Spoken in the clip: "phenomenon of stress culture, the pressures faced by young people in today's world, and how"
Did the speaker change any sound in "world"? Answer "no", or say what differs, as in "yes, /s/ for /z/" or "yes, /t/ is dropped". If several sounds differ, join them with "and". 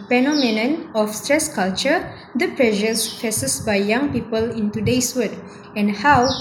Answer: yes, /l/ is dropped